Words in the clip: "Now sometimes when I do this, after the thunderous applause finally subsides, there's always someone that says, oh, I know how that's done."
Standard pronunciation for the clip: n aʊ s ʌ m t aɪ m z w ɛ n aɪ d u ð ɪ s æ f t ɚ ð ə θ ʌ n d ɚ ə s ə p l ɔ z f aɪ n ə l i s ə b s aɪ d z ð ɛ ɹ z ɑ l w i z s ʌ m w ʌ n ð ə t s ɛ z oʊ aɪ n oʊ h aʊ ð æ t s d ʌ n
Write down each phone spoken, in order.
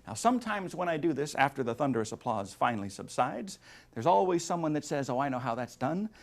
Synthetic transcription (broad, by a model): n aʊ s ʌ m t aɪ m z w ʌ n aɪ d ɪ ð ɪ s æ f t ɚ ð ə θ ʌ n d ɚ ə s ə p l ɔ z f aɪ n l i s ə b s aɪ d z ð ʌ ɹ z ɑ l w i z s ʌ m w ʌ n ð ə t s ɛ z oʊ aɪ n oʊ h aʊ ð æ t s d ʌ n